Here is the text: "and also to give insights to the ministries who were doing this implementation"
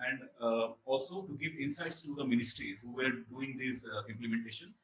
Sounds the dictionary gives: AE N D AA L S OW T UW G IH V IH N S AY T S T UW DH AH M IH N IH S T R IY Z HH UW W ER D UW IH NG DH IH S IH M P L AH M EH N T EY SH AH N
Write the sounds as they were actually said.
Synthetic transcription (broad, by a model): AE N D AA L S OW T UW G IH V IH N S AY T S T UW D AH M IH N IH S T R IY HH UW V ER D UW IH NG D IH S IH M P L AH M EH N T EY SH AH N